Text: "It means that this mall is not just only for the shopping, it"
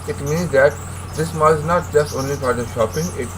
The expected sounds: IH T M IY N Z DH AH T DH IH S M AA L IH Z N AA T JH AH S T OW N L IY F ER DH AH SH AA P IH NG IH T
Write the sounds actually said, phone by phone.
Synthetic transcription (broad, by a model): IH T M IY N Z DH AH T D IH S M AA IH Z N AA T JH AH S T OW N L IY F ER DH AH SH AA P IH NG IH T